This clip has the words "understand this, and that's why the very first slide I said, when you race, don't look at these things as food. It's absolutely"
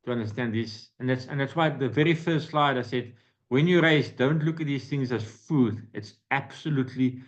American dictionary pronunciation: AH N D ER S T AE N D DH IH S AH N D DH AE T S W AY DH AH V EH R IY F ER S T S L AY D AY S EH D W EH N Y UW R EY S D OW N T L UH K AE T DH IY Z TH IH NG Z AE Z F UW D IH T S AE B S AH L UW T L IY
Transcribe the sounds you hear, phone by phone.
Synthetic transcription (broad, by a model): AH N D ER S T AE N D DH IH S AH N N DH AE T S W AY DH AH V EH R IY F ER S T S L AY D AY S EH D W EH N Y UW R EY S D OW N T L UH K T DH IY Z TH IH NG Z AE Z F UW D IH T S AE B S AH L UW T L IY